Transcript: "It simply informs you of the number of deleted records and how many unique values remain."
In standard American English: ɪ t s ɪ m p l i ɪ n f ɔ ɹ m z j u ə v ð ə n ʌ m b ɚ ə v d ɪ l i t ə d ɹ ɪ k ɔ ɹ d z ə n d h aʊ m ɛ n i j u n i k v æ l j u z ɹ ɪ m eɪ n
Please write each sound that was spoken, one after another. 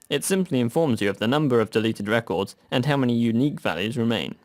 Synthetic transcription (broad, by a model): ɪ t s ɪ m p l i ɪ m f ɔ ɹ m z j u ə v ð ə n ʌ m b ɚ ə v d ɪ l i t ə d ɹ ɪ k ɔ ɹ d z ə n h aʊ m ɛ n i j u n i k v æ l j u z ɹ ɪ m eɪ n